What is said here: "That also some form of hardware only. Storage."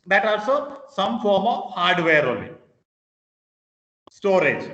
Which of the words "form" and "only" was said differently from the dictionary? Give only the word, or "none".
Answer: only